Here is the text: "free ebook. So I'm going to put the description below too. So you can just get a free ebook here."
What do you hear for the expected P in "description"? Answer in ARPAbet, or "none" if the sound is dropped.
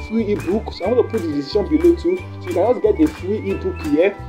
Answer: none